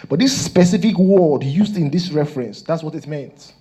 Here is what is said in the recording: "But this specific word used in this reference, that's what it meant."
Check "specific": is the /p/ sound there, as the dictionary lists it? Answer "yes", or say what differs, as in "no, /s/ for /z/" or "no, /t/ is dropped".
yes